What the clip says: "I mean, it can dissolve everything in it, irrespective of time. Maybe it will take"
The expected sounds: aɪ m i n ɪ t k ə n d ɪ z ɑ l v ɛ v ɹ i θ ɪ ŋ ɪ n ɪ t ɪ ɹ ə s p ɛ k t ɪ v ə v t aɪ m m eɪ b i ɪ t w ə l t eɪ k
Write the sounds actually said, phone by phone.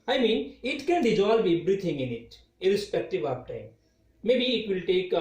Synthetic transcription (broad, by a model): aɪ m i n ɪ t k ə n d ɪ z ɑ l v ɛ b ɹ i t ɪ ŋ ɪ n ɪ t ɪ ɹ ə s p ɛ k t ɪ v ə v t aɪ m m eɪ b i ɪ t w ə l t eɪ k